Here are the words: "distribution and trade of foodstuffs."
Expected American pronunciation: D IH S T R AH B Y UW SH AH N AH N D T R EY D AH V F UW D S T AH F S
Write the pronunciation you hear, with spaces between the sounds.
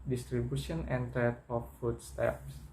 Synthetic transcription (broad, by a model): D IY S T R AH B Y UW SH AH N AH N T EY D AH F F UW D S T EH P S